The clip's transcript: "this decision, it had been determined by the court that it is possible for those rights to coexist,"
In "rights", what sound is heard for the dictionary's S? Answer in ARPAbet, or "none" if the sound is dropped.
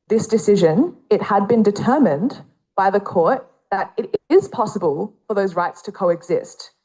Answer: S